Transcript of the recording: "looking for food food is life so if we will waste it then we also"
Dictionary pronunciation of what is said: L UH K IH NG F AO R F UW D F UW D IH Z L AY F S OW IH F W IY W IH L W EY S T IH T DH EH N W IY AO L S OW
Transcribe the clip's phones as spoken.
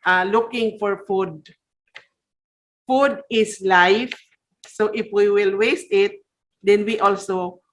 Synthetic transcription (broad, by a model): L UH K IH NG F AO R F UW D F UW D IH S L AY F S OW IH F W IY W IH L W EY S T IH T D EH N W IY AO L S OW